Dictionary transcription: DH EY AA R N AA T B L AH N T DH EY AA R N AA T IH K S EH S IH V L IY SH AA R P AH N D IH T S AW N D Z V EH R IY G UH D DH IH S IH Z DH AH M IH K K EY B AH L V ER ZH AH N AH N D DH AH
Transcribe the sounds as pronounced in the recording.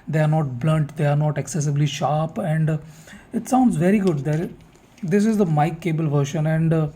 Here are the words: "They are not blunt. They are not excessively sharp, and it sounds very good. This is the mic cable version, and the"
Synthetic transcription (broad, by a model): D EY AA R N AA T B L AH N T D EY AA R N AA T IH K S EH S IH B L IY SH AA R P AH N D IH T S AW N D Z V EH R IY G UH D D IH S IH Z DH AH M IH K K EY B AH L V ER SH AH N AH N D